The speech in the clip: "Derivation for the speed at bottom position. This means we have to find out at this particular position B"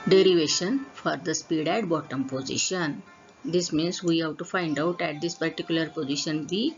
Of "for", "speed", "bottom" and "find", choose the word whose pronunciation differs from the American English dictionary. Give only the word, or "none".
none